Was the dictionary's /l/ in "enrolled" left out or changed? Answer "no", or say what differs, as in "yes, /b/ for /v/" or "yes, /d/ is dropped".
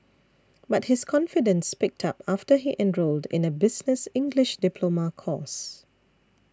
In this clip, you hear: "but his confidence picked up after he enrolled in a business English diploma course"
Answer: no